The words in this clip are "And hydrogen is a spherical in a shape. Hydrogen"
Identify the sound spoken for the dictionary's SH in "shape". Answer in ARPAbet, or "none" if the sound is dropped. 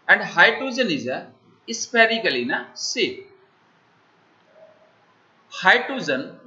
S